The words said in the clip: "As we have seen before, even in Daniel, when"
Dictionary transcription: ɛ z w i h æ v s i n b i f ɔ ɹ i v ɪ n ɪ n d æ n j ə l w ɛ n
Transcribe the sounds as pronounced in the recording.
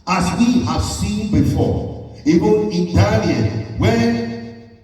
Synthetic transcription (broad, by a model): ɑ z w i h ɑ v s i n b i f ɔ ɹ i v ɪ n ɪ n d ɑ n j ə n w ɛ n